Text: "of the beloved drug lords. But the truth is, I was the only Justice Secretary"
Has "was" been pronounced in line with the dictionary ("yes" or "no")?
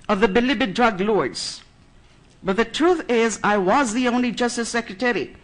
yes